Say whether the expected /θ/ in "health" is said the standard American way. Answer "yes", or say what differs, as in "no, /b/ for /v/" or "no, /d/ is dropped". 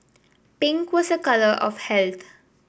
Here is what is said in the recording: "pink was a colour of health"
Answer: no, /t/ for /θ/